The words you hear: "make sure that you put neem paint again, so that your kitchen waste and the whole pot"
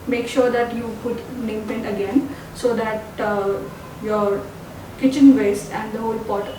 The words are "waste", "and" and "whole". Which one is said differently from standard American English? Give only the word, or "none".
waste